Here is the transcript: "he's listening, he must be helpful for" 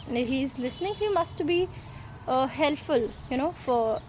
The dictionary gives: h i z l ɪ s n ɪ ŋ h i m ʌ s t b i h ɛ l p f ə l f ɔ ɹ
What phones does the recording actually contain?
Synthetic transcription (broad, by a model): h i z l ɪ s n ɪ ŋ h i m ʌ s t b i h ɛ l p f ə l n ɔ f